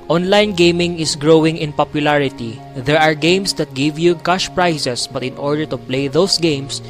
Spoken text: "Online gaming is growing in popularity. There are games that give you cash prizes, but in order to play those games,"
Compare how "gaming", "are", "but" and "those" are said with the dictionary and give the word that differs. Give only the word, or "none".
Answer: those